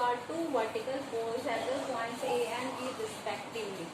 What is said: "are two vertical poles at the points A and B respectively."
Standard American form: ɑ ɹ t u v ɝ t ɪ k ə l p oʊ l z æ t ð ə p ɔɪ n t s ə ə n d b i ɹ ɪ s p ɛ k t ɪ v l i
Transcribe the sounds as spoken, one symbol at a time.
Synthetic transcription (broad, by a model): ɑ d t u v ɝ t ɪ k ə l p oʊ z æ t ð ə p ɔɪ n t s ə ə n d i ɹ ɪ s p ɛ k t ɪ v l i